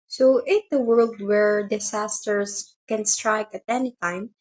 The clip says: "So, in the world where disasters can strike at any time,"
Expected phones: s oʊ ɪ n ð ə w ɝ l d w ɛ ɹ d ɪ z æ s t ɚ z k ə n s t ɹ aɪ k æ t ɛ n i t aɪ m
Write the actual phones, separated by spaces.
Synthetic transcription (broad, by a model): s oʊ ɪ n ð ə w ɝ l d w ɛ ɹ d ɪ s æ s t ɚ s k ə n s t ɹ aɪ k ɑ t ɛ n i t aɪ m